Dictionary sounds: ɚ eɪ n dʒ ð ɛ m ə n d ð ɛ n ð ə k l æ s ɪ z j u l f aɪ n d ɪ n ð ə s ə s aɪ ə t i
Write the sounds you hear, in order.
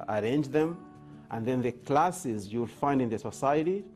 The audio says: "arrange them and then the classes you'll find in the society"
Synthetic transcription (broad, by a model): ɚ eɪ n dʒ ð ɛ m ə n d ð ɛ n ð ə k l æ s ɪ z j u l f aɪ n d ɪ n ð ə s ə s aɪ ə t i